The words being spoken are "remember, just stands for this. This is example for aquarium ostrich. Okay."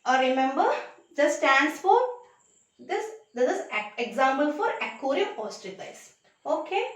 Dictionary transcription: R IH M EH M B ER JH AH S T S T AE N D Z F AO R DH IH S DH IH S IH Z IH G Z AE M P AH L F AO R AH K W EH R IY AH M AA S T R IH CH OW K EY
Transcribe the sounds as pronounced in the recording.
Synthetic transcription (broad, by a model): R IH M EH M B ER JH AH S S T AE N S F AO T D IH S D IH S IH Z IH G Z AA M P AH L F AO R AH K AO R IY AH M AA S T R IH S OW K EY